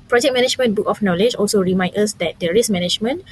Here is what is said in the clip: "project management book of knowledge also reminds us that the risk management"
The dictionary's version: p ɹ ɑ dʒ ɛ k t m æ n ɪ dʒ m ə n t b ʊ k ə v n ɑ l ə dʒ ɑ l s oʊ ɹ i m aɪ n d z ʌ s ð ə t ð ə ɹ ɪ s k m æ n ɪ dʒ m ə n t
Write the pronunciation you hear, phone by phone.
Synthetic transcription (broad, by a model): p ɹ ɑ dʒ ɛ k m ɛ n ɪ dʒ m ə n b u k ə f n ɑ l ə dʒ ɑ l s oʊ ɹ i m aɪ n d ʌ s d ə t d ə ɹ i s m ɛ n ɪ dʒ m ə n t